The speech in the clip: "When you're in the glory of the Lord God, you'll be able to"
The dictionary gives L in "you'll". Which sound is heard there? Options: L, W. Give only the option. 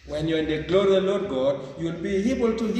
L